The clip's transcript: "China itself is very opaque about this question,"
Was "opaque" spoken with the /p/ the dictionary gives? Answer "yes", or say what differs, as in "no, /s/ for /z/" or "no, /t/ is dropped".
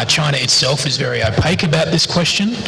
yes